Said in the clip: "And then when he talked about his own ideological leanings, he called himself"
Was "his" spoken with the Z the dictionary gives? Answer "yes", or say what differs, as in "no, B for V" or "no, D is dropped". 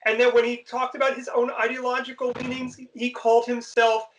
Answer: yes